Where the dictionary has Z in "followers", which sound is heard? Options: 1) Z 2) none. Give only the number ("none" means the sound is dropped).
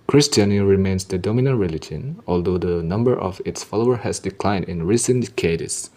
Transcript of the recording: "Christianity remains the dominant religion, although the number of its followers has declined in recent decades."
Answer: 2